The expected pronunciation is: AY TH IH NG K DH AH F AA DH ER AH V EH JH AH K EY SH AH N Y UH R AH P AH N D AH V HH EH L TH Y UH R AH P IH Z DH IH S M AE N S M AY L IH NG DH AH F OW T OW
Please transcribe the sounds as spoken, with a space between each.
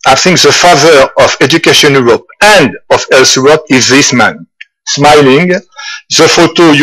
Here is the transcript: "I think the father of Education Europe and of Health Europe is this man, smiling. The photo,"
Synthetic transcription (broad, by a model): AY TH IH NG K DH AH F AA DH ER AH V EH JH AH K EY SH AH N Y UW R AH P AH N D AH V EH L S Y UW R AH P IH Z DH IH S M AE N S M AY L IH NG DH AH F OW T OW